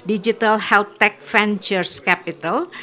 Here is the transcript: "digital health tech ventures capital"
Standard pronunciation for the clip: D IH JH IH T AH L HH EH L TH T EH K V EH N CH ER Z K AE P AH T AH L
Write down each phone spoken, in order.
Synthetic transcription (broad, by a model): D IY JH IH T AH L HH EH L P T EH K F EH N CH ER S K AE P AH T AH L